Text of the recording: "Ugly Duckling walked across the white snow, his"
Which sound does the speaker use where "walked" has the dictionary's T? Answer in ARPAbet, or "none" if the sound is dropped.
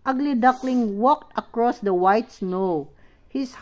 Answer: T